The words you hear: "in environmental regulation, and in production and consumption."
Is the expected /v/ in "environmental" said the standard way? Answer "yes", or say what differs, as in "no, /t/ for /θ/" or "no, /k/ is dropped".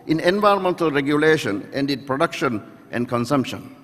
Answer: yes